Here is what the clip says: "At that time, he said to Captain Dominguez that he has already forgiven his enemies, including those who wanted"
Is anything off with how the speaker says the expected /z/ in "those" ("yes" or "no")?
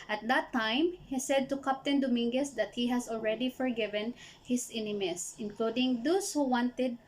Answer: yes